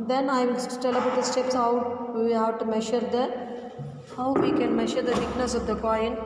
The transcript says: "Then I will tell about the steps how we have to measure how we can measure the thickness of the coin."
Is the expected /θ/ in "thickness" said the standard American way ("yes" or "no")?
no